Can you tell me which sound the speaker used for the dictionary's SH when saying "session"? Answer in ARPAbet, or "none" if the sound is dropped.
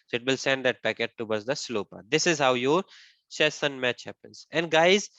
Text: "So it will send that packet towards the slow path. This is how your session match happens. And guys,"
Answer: S